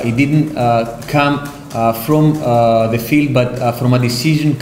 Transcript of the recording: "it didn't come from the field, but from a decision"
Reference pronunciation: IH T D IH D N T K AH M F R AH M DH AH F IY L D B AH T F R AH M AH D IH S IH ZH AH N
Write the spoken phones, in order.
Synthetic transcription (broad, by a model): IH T D IH D N T K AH M F R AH M DH AH F IY L D B AH T F R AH M AH D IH S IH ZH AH N